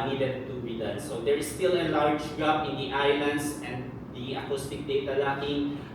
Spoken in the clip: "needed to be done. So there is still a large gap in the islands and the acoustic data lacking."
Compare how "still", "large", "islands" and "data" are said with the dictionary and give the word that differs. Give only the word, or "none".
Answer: islands